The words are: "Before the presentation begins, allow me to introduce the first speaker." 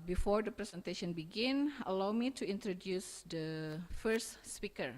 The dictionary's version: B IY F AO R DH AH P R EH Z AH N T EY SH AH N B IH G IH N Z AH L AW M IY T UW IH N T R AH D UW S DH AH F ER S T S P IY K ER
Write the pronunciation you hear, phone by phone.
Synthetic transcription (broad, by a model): B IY F AO R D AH P R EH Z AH N T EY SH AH N B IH G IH N AH L AW M IY T UW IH N T R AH D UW S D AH F ER S T S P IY K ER